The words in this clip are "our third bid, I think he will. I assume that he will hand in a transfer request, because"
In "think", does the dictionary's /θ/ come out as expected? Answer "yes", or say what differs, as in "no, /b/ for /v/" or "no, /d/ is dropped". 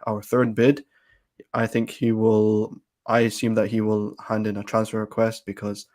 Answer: yes